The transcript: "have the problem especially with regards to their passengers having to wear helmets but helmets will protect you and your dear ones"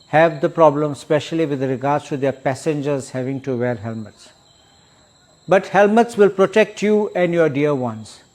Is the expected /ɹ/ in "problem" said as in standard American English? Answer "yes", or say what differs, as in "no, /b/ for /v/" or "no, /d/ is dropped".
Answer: yes